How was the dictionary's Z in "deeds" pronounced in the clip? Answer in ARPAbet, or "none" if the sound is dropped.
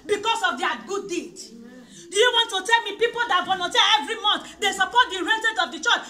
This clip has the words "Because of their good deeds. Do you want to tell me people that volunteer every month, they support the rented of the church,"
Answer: none